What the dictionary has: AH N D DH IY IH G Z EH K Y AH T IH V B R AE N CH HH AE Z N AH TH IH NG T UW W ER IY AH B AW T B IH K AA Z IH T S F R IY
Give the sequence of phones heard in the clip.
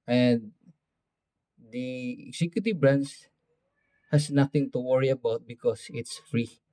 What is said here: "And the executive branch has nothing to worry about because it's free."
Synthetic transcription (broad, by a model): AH N D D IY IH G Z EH K Y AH T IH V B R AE N S HH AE S N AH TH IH NG T UW W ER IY AH B AW T B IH K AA S IH T S F R IY